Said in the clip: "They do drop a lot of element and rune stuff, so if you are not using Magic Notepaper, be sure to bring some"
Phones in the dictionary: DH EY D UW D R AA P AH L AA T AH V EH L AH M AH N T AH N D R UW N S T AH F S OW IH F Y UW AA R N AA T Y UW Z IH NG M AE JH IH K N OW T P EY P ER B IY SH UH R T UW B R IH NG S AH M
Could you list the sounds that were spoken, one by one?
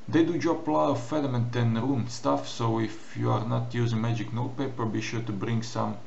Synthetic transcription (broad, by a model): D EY D UW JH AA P L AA AH F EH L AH M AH N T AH N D R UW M S T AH F S OW IH F Y UW AA R N AA T Y UW Z IH NG M AE JH IH K N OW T P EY P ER B IY SH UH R T UW B R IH NG S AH M